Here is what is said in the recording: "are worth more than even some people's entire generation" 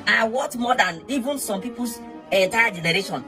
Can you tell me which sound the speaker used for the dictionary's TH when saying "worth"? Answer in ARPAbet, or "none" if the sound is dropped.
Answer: T